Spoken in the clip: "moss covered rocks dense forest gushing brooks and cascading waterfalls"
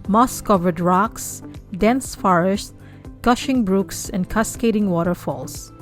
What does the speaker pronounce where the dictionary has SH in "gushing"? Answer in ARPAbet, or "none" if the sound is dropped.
SH